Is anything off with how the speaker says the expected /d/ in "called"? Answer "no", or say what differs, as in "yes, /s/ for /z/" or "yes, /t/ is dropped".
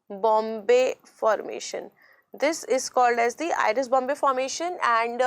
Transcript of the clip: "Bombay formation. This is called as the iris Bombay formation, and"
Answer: no